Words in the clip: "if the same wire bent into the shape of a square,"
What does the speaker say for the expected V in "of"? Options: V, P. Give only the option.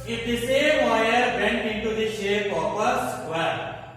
P